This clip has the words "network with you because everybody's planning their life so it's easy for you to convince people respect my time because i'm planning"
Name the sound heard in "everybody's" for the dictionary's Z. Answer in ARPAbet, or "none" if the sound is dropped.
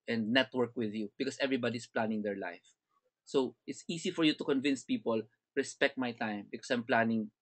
S